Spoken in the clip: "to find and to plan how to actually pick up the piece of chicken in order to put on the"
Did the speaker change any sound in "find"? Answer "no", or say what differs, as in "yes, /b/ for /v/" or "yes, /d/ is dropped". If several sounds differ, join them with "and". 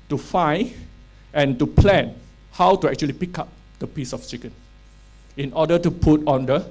yes, /d/ is dropped